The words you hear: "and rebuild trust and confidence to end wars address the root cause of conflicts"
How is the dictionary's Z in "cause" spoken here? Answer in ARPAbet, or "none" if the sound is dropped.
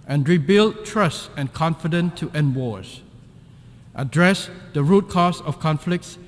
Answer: S